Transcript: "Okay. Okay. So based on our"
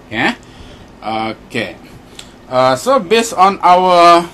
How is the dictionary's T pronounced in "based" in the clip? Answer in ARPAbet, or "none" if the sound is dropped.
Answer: none